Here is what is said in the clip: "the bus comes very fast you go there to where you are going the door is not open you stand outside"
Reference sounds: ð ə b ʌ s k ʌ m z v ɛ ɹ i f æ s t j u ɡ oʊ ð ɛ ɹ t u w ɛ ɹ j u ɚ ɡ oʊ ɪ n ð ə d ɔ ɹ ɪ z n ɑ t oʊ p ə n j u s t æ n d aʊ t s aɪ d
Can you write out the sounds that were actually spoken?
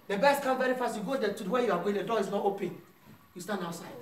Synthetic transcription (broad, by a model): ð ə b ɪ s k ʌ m v ɛ ɹ i f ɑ s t j u ɡ oʊ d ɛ t u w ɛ j u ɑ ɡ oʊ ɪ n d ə d ɔ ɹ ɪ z n ɑ t oʊ p ə n j u s t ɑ n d aʊ t s aɪ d